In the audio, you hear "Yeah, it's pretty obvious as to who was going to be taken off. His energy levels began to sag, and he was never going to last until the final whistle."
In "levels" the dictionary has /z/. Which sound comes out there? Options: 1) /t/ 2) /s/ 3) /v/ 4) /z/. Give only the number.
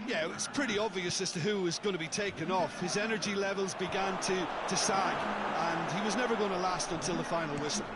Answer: 4